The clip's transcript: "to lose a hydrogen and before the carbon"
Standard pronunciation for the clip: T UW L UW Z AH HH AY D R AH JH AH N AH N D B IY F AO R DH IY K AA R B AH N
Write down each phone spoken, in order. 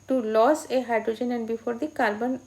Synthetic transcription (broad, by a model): T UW L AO S AH HH AY D R AH JH AH N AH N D B IY F AO R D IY K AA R B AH N